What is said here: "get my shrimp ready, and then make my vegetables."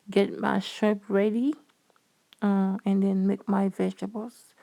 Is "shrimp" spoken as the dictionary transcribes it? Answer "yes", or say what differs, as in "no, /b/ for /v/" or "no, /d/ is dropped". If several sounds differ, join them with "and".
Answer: no, /ɹ/ is dropped and /m/ is dropped